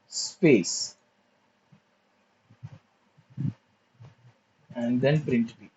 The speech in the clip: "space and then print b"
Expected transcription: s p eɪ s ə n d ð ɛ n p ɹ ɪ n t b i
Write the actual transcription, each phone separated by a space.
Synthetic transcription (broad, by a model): s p eɪ s ə n d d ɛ n p ɹ ɪ n t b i